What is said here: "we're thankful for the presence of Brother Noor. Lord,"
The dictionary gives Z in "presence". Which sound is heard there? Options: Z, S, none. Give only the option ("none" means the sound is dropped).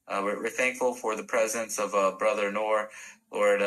Z